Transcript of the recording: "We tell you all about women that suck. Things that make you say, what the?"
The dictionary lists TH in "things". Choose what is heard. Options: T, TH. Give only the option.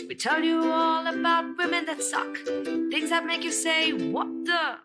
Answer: TH